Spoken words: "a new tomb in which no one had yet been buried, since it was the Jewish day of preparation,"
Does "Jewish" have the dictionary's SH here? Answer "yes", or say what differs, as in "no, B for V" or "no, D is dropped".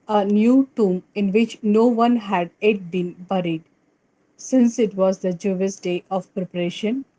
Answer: no, S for SH